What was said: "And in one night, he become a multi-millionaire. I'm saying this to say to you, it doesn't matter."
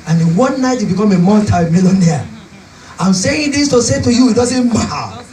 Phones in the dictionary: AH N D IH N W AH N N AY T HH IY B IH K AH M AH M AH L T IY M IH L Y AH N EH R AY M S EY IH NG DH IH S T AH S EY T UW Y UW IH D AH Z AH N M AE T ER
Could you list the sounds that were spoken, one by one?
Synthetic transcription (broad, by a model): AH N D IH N W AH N N AY T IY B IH K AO M AH M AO N T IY M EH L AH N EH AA AY M S EY IH NG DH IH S T AH S EY T UW Y UW IH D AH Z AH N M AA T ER